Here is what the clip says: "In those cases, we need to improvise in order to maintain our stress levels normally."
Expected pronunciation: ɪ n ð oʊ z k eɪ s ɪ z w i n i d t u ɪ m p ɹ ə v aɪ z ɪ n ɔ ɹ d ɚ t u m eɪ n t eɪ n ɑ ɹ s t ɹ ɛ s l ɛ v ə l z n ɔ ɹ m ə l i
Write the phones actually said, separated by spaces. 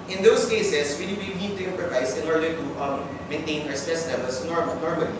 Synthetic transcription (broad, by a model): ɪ n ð oʊ s k eɪ s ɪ s w i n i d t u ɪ m p ɹ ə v aɪ s ɪ n ɔ ɹ d ɚ t u m eɪ n t eɪ n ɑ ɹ s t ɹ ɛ s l ɛ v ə l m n ɔ ɹ m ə l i